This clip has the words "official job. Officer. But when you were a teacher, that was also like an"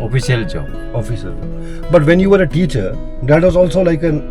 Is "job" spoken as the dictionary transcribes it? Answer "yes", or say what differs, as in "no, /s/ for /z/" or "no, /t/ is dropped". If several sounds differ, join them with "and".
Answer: no, /b/ is dropped